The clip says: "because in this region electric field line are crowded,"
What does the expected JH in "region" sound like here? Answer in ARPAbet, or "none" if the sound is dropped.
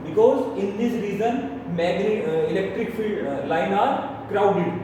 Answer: Z